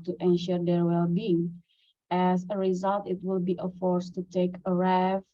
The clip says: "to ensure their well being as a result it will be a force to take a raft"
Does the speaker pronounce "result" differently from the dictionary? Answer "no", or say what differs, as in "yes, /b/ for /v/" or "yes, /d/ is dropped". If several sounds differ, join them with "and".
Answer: no